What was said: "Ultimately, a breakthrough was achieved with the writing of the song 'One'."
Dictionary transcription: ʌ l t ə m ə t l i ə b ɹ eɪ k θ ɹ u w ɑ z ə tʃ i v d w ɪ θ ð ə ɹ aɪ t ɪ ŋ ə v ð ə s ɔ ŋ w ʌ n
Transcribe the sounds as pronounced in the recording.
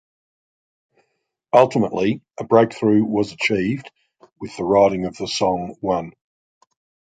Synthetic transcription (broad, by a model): ʌ l t ə m ə t l i ə b ɹ eɪ k θ ɹ u w ɑ z ə tʃ i v d w ɪ ð ə ɹ aɪ t ɪ ŋ ə v ð ə s ɔ ŋ w ʌ n